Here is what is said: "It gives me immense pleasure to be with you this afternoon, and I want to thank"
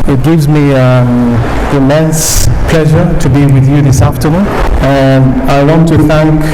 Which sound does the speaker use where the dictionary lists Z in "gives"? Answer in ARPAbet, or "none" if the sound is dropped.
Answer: Z